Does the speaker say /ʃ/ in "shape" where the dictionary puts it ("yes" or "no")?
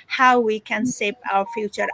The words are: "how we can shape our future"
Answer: no